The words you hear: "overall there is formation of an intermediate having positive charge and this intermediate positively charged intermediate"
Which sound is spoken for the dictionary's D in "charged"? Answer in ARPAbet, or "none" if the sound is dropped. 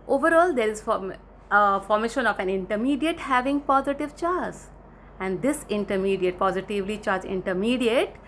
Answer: none